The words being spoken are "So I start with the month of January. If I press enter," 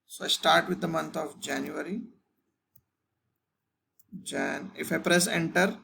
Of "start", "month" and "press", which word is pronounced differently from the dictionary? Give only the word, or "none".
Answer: month